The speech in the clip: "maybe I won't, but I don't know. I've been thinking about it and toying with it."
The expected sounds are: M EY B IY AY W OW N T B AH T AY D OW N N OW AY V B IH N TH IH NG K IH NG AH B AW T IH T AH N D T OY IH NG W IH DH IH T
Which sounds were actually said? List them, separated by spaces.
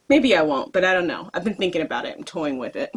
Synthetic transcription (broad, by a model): M EY B IY AY W OW N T B AH T AY D OW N N OW AY V B IH N TH IH NG K IH NG AH B AW T IH T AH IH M T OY IH NG W IH DH IH T